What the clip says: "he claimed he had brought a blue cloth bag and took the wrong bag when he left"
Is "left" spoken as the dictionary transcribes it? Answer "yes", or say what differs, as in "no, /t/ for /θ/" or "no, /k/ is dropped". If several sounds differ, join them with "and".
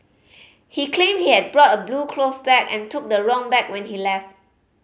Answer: yes